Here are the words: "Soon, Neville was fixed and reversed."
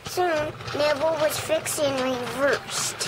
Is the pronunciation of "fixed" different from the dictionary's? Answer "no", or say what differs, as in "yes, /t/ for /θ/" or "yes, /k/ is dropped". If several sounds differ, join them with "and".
yes, /t/ is dropped